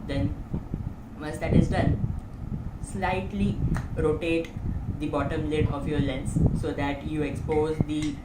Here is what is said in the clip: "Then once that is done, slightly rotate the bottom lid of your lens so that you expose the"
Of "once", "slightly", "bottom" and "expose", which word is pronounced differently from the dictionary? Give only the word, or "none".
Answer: once